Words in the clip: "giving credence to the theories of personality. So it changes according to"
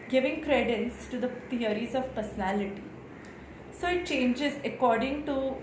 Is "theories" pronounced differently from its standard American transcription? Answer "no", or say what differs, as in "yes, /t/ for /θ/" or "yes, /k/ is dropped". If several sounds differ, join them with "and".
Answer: yes, /t/ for /θ/